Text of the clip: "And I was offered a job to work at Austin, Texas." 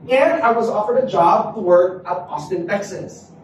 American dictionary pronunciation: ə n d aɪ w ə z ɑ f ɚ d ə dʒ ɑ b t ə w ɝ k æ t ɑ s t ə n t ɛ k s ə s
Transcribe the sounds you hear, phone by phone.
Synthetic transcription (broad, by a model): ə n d aɪ w ə z ɑ f ɚ d ə dʒ ɑ b t ə w ɝ k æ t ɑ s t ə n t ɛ k s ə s